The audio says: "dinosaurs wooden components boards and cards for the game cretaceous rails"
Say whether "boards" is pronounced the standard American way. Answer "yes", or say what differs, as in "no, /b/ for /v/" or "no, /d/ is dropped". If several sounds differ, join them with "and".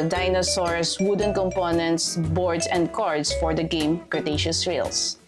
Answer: no, /s/ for /z/